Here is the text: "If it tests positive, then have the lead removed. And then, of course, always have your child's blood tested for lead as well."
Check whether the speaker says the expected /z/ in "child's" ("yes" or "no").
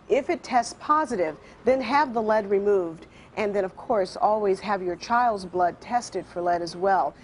yes